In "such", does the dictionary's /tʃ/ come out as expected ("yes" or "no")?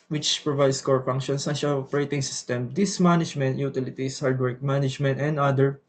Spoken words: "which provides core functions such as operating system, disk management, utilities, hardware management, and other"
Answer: no